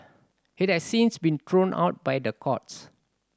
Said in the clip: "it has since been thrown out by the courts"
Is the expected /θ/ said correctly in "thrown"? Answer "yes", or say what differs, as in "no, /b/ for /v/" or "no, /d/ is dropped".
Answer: no, /t/ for /θ/